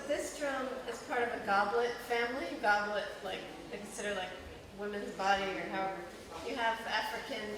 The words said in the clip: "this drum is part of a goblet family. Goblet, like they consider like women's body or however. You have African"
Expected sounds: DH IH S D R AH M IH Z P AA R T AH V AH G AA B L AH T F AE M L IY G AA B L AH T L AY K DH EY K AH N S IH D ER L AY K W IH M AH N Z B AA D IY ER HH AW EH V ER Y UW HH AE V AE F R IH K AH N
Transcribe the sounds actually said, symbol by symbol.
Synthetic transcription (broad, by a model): DH IH S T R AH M IH Z P AA R T AH V AH G AA B L AH T F AE M L IY G AA B L AH T L AY K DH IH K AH N S IH D ER L AY K W IH M AH N Z B AA D IY ER HH AW EH V ER Y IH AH V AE F R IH K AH N